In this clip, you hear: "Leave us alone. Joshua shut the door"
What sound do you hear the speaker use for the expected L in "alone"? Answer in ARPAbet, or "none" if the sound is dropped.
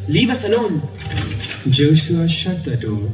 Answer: N